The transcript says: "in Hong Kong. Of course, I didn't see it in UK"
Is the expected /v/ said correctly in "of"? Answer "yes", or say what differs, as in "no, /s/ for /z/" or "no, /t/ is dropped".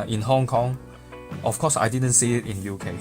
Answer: no, /f/ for /v/